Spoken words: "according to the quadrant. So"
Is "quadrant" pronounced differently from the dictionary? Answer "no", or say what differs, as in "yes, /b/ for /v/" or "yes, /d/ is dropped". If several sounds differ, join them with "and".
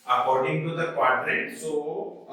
yes, /n/ is dropped